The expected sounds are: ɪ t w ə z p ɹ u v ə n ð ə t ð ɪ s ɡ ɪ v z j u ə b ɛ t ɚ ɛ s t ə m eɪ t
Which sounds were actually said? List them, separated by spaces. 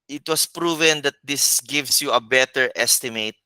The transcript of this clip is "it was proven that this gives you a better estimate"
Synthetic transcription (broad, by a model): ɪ t w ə s p ɹ u v ə n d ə t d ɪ s ɡ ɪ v s j u ə b ɛ t ɚ ɛ s t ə m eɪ t